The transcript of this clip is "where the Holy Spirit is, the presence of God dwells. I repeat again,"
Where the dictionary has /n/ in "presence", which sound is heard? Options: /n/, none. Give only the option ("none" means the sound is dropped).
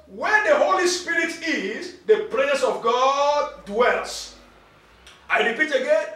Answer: none